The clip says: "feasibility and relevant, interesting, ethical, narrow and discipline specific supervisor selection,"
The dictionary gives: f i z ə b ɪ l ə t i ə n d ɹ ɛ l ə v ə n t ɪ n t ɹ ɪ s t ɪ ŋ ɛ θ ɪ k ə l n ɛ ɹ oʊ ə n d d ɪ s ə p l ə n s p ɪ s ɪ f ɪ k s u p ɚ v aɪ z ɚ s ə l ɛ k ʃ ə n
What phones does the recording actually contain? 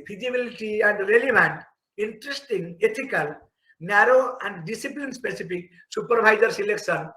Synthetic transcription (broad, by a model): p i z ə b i l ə t i ə n d ɹ ɛ l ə b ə n t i n t ɹ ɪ s t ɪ ŋ ɛ t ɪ k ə l n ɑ ɹ oʊ ə n d d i s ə p l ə n s p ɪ s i p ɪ k s u p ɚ b aɪ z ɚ s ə l ɛ k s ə n